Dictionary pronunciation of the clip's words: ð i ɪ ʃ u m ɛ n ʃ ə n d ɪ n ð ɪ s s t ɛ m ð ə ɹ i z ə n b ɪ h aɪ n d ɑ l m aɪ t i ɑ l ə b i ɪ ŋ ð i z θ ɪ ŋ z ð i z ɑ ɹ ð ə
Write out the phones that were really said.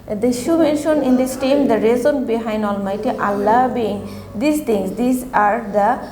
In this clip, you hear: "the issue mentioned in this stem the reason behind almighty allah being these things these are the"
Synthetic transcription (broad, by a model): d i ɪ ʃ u m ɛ n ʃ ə n ɪ n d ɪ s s t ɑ m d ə ɹ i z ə n b ɪ h aɪ n d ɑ l m aɪ t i ɑ l ə b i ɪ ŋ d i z t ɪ ŋ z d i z ɑ ɹ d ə